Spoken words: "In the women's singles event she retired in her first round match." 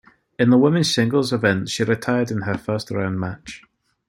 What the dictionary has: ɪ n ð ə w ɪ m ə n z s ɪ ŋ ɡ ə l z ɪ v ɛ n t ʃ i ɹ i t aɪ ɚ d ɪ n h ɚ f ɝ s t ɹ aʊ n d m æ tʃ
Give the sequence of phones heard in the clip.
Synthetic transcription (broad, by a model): ɪ n ð ə w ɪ m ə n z s ɪ ŋ ɡ ə l z ɪ v ɛ n t ʃ i ɹ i t aɪ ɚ d ɪ n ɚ f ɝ s t ɹ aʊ n m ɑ tʃ